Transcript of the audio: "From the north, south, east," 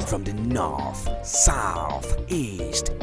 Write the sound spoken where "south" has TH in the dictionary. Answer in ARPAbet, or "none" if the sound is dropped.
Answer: TH